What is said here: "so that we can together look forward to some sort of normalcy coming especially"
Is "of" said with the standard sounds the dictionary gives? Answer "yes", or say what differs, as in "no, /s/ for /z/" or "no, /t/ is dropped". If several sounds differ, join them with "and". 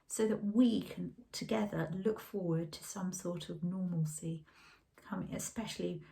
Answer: yes